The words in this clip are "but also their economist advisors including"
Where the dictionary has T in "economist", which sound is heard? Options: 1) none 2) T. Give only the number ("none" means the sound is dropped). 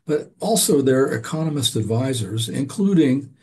2